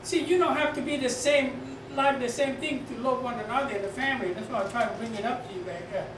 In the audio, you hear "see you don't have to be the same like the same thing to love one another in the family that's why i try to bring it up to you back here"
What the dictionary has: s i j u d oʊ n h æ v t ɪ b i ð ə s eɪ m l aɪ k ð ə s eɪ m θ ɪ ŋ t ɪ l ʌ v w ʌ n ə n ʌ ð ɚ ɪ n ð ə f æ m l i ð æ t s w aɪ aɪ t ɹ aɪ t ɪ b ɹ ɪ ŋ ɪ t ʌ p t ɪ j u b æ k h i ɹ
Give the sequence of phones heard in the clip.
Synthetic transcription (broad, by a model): s i j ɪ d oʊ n h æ f t ɪ b i ð ə s eɪ m l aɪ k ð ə s eɪ m θ ɪ ŋ t ɪ l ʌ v w ʌ n ə n ʌ ð ɚ ɪ n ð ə f æ m l i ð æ t s w aɪ aɪ t ɹ aɪ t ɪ b ɹ ɪ ŋ ɪ t ʌ p t ɪ j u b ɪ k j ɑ